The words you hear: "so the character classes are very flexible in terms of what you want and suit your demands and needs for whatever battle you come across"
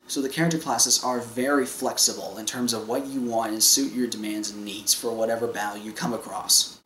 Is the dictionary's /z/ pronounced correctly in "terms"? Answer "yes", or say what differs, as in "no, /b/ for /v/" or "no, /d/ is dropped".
yes